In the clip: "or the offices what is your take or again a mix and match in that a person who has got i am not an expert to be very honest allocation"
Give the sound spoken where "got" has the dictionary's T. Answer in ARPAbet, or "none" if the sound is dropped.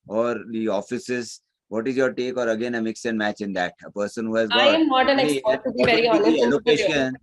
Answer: none